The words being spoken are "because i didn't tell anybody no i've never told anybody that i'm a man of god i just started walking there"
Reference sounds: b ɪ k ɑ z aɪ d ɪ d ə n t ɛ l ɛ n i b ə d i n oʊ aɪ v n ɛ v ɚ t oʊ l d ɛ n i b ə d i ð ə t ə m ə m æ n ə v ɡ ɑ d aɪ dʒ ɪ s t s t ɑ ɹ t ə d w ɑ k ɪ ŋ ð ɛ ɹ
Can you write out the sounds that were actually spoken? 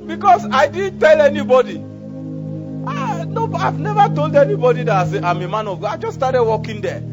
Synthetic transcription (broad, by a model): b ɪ k ɑ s aɪ d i d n t ɛ l ɛ n i b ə d i n oʊ aɪ v n ɛ v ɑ t oʊ l d ɛ n i b ə d i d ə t ə m ə m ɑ n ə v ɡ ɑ aɪ dʒ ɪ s s t ɑ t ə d w ɑ k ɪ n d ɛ